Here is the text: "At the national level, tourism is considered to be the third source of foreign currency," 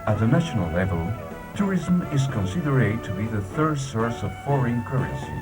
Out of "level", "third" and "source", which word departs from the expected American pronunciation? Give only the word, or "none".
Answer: none